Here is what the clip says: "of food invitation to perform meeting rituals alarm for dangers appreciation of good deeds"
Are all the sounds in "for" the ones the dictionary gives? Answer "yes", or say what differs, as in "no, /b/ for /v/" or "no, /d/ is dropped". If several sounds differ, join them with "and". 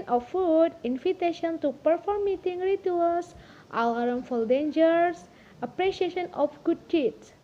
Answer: no, /l/ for /ɹ/